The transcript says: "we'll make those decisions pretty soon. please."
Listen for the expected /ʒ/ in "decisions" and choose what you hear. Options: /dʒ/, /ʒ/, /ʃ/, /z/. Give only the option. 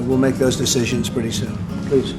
/ʒ/